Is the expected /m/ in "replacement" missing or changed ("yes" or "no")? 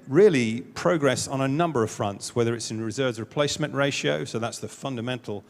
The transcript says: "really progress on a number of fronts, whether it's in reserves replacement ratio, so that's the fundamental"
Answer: no